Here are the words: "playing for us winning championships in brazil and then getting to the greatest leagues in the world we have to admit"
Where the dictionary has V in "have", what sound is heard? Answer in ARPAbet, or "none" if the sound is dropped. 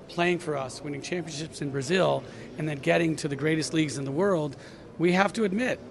F